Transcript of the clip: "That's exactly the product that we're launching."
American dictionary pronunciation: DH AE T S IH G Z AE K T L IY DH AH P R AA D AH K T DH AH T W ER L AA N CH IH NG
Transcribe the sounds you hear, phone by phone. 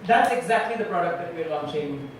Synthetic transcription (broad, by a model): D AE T S IH G Z AE K T L IY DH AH P R AA D AH K T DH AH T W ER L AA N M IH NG